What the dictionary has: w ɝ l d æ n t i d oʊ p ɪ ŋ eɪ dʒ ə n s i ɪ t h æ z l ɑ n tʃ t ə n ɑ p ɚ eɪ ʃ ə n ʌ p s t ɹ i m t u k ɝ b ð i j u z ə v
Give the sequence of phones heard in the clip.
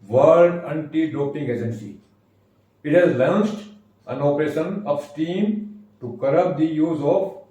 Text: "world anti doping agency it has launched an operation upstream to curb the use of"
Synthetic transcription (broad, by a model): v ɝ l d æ n t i d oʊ p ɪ ŋ eɪ dʒ ə n s i ɪ t h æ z l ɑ n s t ə n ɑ p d eɪ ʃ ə n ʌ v s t i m t u k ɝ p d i j u z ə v